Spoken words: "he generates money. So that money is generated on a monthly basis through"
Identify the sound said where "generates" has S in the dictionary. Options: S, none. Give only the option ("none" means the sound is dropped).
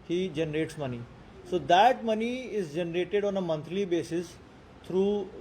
S